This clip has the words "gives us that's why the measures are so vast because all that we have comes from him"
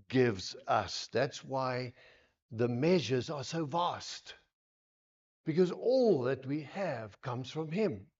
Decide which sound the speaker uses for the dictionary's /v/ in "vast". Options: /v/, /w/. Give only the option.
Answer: /v/